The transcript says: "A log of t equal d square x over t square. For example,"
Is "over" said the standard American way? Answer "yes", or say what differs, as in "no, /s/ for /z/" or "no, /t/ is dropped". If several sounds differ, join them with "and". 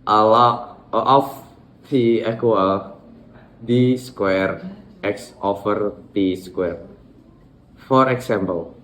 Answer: no, /f/ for /v/